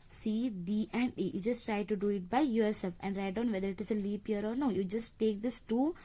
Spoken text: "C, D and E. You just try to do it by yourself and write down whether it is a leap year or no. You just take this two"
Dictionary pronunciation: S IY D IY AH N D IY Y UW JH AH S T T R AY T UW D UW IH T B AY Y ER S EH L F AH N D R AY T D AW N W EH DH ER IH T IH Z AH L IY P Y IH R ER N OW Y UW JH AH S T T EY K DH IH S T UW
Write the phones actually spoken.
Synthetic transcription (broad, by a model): S IY D IY AH N D IY Y UW JH AH S T T R AY T UW D UW IH T B AY Y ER S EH F AH N D R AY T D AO N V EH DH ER IH T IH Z AH L IY P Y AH R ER N OW Y UW JH AH S T T EY K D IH S T UW